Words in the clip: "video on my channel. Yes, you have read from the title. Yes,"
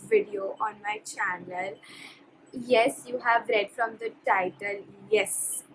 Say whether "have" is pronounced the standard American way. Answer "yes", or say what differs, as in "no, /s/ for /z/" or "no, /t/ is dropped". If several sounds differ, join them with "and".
yes